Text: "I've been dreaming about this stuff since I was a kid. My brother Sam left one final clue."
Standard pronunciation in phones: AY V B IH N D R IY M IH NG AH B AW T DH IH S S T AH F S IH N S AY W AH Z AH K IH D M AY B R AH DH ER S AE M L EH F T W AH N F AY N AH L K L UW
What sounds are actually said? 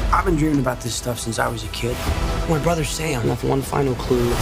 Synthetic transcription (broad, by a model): AY V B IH N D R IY IH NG AH B AW T DH IH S S T AH F S IH N S AY W AH Z AH K IH D M AY B R AH DH ER S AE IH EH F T W AH N F AY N L K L UW